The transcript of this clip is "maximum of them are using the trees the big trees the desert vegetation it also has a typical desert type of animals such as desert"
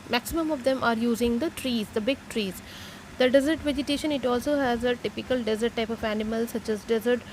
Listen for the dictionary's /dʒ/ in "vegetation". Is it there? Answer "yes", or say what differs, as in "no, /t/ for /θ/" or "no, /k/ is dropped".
yes